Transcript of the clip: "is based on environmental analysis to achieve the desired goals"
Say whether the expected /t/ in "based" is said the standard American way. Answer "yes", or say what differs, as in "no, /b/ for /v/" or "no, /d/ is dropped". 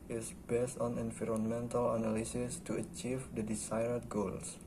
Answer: yes